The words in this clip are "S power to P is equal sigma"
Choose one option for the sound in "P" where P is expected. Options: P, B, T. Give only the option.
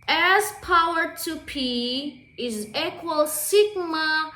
P